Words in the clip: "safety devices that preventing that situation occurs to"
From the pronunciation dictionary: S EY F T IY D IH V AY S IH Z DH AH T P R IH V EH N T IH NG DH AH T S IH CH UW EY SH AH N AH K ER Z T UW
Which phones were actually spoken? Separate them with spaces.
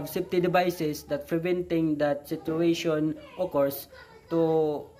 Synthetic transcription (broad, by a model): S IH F T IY D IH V AY S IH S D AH T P R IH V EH N T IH NG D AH T S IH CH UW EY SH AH N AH K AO S T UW